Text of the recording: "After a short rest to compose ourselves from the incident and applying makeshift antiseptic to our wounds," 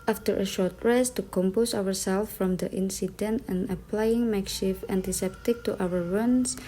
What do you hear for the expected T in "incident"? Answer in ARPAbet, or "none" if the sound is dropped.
T